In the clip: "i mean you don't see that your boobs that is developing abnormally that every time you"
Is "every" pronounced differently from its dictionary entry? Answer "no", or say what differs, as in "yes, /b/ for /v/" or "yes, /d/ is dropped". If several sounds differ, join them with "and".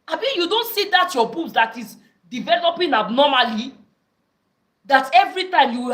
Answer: no